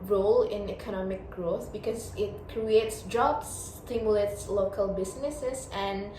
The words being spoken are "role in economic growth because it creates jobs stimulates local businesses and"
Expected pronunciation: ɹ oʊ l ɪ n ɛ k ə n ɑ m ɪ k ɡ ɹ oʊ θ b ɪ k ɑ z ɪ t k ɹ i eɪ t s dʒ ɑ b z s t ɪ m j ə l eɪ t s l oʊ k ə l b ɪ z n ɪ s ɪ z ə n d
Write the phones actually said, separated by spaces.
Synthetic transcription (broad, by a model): ɹ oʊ l ɪ n ɛ k ə n ɑ m ɪ k ɡ ɹ oʊ θ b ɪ k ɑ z ɪ t k ɹ i eɪ t s dʒ ɑ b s t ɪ m j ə l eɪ t s l oʊ k ə l b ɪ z n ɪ s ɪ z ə n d